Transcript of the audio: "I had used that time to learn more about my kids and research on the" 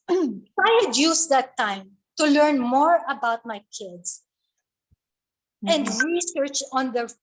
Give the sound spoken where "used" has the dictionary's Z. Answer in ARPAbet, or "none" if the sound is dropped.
S